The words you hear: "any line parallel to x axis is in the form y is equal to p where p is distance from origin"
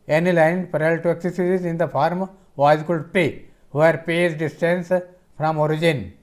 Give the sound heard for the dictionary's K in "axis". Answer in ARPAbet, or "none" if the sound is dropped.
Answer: none